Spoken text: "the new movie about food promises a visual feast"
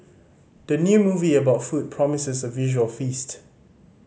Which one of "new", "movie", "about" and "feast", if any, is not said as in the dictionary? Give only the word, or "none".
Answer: none